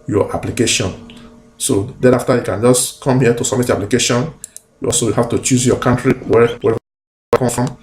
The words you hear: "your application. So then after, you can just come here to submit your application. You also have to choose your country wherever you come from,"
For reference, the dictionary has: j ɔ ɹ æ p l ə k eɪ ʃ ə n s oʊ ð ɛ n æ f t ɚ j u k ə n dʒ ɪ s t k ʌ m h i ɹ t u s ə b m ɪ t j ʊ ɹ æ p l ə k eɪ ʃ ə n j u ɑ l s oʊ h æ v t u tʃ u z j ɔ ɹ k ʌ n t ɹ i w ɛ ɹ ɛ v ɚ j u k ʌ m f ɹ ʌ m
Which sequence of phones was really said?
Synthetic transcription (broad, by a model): j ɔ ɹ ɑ p l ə k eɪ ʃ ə n s oʊ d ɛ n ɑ f t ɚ j u k ə n dʒ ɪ s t k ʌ m h i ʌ t u s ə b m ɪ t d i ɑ p l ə k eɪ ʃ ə n j u ɑ l s oʊ h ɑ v t u tʃ u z j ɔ k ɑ n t ɹ i w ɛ w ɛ ɚ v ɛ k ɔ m f ɹ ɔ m